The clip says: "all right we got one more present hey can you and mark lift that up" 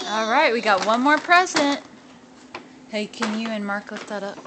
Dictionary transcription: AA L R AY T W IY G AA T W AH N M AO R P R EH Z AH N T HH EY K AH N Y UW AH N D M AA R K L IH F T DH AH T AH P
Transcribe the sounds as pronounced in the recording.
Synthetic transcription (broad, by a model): AA L R AY T W IY G AA T W AH N M AO R P R EH Z AH N T HH EY K AH N Y UW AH N M AA R K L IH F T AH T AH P